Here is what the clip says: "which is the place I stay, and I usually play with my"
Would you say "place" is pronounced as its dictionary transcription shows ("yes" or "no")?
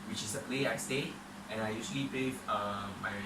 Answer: no